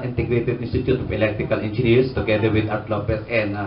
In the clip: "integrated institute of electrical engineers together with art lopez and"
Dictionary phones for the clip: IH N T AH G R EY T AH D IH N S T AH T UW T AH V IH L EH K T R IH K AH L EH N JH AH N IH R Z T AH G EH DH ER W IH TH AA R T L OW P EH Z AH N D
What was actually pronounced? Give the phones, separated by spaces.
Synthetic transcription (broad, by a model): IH N T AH G R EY T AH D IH N S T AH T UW T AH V IH L EH K T R IH K AH L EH N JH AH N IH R S T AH G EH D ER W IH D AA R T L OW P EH S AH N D